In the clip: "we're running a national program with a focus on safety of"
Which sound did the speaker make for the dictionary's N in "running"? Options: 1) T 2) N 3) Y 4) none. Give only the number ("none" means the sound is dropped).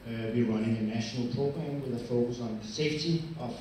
4